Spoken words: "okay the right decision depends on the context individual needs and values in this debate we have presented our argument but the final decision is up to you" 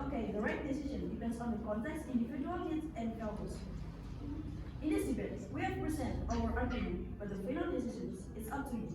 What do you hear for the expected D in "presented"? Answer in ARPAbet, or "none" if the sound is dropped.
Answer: none